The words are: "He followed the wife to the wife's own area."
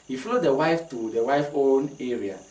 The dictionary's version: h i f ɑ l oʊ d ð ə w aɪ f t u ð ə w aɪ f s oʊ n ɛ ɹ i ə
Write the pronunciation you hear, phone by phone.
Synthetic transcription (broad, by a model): h i f l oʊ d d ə w aɪ f t u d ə w aɪ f oʊ n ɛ ɹ i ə